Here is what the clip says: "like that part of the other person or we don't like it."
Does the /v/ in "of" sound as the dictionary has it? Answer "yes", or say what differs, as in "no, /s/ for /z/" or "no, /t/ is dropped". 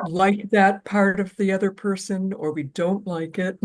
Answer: yes